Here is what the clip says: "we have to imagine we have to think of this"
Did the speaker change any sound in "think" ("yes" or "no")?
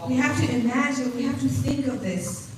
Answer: no